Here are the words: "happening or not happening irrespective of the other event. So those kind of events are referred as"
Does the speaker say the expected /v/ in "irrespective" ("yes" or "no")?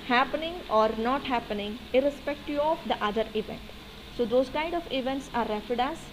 no